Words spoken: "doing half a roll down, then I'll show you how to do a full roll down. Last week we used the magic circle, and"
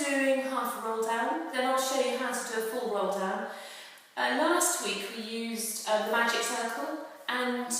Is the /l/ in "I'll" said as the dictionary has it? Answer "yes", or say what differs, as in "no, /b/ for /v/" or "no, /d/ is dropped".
yes